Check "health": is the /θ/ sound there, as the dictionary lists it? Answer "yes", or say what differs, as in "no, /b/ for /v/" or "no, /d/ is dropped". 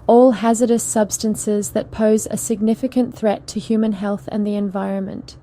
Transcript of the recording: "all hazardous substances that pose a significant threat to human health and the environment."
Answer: yes